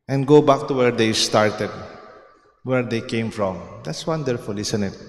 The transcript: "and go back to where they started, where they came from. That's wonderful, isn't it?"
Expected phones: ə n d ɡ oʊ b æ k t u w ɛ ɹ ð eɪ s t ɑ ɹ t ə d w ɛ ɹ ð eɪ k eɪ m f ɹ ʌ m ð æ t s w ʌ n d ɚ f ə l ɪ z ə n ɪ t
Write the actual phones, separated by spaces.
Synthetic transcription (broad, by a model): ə n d ɡ oʊ b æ k t u w ɛ ɹ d eɪ s t ɑ ɹ t ə d w ɛ ɹ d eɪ k eɪ m f ɹ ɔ m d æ t s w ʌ n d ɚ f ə l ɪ s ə n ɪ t